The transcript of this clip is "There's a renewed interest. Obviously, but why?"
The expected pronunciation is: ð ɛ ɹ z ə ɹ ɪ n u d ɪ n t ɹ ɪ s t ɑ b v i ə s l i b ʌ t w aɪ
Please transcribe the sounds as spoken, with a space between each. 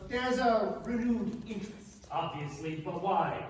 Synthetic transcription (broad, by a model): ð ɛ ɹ z ə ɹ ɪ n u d ɪ n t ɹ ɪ s t ɑ b v i ə s l i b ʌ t w aɪ